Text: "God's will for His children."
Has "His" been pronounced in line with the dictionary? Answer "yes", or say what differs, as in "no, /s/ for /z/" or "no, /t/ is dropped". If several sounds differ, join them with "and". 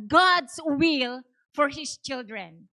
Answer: no, /s/ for /z/